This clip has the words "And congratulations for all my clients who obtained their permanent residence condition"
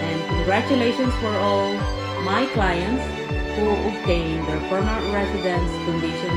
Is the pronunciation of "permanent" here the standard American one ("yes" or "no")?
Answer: no